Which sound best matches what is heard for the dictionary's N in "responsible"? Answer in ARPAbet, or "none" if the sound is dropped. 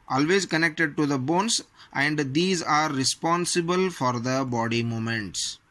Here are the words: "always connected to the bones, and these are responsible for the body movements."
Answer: N